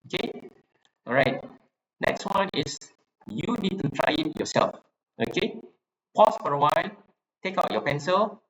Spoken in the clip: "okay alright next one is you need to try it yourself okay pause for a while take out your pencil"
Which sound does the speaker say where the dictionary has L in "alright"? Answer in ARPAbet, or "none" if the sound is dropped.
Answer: none